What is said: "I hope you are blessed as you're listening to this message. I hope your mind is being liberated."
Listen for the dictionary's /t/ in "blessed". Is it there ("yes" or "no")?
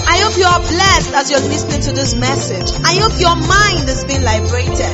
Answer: yes